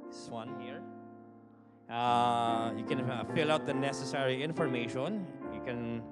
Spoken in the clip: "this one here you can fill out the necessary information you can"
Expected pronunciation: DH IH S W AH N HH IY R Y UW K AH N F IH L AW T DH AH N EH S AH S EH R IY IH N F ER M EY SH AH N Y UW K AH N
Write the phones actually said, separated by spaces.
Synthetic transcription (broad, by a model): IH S W AH N HH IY R Y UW K AH N F IH L AW T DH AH N EH S AH S EH R IY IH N F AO M EY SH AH N Y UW K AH N